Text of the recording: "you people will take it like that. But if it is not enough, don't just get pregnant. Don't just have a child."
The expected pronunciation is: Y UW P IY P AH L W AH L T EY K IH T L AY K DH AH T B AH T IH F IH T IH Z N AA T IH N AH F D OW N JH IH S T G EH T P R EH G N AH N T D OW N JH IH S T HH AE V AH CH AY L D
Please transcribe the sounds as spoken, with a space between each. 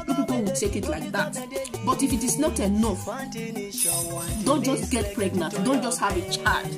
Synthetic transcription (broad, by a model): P IY P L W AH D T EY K IH T L AY K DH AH T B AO T IH F IH T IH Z N AA T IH N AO F D OW N JH IH S T G EH T P R EH G N AH N T D OW N JH IH S T HH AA V AH CH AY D